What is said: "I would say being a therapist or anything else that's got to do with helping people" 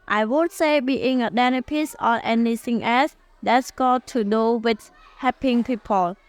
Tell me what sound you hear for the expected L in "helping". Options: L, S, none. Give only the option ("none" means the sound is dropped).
none